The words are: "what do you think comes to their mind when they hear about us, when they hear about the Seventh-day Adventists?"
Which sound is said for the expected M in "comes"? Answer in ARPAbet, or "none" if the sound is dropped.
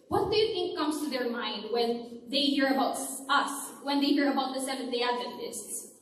M